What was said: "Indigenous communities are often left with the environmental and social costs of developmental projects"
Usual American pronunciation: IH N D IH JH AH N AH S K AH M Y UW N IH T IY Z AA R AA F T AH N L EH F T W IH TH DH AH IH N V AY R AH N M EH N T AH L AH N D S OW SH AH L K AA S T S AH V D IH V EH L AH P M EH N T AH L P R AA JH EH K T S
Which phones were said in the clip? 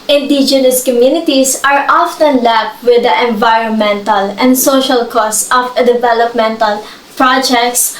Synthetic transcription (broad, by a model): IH N D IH JH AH N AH S K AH M Y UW N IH T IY S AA R AA F T AH N L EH P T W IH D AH IH N V AY R AH N M EH N T AH L AH N D S OW SH AH L K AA S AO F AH D IH V EH L AH P M EH N T AH L P R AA JH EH K T S